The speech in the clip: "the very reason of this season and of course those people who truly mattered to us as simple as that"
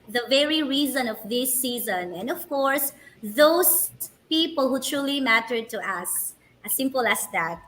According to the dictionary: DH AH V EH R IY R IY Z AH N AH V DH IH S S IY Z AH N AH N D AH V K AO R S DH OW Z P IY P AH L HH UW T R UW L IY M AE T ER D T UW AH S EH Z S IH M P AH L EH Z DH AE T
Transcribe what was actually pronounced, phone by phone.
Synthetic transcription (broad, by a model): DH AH V EH R IY R IY Z AH N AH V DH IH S S IY Z AH N AH N D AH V K AO R S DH OW S P IY P AH L HH UW T R UW L IY M AE T ER D T UW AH S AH S IH M P AH L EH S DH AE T